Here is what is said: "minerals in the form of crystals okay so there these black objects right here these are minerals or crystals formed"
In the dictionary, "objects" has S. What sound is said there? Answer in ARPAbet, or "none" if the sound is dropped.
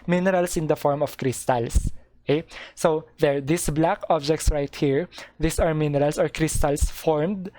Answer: S